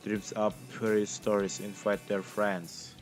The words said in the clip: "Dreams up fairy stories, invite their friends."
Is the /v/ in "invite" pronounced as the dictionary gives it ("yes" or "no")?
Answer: no